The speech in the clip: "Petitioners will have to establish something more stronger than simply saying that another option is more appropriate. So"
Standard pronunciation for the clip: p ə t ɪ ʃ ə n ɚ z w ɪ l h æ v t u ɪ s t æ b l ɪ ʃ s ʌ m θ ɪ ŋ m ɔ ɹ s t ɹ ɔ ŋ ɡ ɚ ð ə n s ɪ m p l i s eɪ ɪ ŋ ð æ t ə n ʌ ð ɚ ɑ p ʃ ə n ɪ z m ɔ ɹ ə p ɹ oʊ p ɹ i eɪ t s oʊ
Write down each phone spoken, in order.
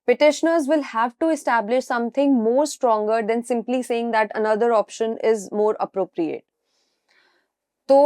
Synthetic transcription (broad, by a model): p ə t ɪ ʃ ə n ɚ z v ɪ l h æ v t u ɪ s t æ b l ɪ ʃ s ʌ m t ɪ ŋ m ɔ ɹ s t ɹ ɔ ŋ ɡ ɚ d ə n s ɪ m p l i s eɪ ɪ ŋ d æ t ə n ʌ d ɚ ɑ p ʃ ə n ɪ z m ɔ ɹ ə p ɹ oʊ p ɹ i eɪ t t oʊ